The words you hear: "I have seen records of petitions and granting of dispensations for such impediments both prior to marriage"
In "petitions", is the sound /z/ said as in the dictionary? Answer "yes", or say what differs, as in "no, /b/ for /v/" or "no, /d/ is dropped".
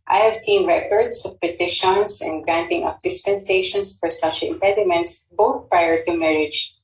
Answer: no, /s/ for /z/